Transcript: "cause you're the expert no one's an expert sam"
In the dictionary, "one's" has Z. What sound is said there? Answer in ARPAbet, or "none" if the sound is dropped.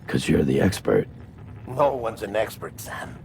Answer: Z